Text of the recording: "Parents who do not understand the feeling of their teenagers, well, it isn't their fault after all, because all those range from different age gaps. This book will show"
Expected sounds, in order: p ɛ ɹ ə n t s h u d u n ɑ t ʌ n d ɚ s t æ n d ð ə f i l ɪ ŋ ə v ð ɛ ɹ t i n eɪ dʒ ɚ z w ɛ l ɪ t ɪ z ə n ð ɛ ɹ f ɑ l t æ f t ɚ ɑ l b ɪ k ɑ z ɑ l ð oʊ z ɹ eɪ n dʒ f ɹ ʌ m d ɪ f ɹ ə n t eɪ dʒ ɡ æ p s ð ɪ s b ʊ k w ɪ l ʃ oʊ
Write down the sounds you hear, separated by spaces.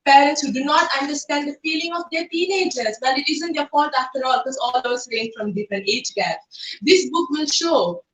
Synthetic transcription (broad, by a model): p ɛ ɹ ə n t s h u d u n ɑ t ʌ n d ɚ s t æ n d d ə f i l ɪ ŋ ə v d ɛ ɹ t i n eɪ dʒ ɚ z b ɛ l ɪ t ɪ z ə n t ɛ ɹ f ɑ t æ f t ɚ ɑ l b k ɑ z ɑ l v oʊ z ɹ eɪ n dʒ f ɹ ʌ m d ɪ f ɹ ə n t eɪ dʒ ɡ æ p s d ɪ s b ʊ k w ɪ l ʃ oʊ